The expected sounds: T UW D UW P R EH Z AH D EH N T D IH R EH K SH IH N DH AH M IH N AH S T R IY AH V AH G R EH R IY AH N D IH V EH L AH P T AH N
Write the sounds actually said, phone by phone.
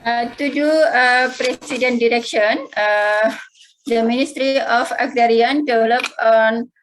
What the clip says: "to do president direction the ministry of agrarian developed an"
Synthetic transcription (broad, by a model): T UW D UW P R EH S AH D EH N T D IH R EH K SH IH N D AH M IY N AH S T R IY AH F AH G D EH R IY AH N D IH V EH L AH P AH N